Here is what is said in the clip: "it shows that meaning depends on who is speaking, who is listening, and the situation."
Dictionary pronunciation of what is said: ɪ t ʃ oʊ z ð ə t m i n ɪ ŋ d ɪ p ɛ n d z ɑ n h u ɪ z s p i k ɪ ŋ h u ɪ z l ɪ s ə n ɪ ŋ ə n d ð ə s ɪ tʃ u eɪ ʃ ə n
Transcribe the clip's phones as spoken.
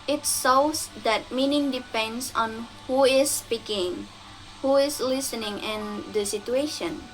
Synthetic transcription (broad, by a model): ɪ t s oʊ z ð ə t m i n ɪ ŋ d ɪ p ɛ n d s ɑ n h u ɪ s p i k ɪ ŋ h u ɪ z l ɪ s ə n ɪ ŋ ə n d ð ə s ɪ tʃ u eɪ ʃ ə n